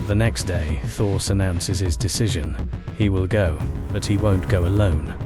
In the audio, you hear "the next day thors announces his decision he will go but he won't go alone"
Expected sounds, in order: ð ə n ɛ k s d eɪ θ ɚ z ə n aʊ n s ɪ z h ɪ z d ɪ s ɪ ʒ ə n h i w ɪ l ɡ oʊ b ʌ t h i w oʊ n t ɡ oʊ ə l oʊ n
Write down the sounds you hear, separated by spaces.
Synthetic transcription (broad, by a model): ð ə n ɛ k s d eɪ θ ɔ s ə n aʊ n s ɪ z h ɪ z d ɪ s ɪ ʒ ə n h i w ɪ l ɡ oʊ b ʌ t h i w oʊ n ɡ oʊ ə l oʊ n